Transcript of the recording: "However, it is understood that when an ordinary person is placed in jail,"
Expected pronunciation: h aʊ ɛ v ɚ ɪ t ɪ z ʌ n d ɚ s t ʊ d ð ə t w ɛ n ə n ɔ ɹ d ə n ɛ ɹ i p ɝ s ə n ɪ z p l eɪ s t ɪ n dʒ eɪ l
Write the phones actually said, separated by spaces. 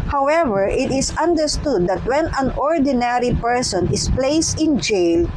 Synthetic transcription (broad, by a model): h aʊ ɛ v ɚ ɪ t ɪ s ʌ n d ɚ s t ʊ d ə t w ɛ n ə n ɔ ɹ d ə n ɛ ɹ i p ɝ s ə n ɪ s p l eɪ s t ɪ n dʒ eɪ l